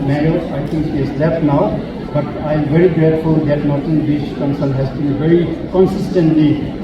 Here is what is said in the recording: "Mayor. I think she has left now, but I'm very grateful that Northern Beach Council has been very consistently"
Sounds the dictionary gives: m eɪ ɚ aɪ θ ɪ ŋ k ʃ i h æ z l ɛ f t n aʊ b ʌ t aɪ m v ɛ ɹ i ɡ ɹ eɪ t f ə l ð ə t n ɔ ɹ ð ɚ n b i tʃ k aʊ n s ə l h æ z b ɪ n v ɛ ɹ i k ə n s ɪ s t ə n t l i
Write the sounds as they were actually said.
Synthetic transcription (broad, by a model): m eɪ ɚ aɪ t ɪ ŋ k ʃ i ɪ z l ɛ f t n aʊ b ʌ t aɪ m v ɛ ɹ i ɡ ɹ eɪ t f ə l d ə t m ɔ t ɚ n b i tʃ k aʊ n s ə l h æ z b ɪ n v ɛ ɹ i k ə n s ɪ s t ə n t l i